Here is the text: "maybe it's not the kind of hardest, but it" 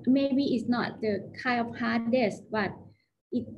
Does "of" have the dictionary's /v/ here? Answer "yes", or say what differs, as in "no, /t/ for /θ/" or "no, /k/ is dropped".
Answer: no, /p/ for /v/